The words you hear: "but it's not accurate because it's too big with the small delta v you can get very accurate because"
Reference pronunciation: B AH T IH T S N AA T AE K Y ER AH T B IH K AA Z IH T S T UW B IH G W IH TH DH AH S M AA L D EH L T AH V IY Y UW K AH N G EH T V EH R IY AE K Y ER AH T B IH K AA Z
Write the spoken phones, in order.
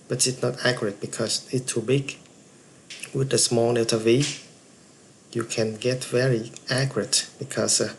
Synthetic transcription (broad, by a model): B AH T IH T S N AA T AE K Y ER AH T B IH K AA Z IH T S T UW B IH G W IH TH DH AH S M AA L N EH T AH V IY Y UW K AH N G EH T V EH R IY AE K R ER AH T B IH K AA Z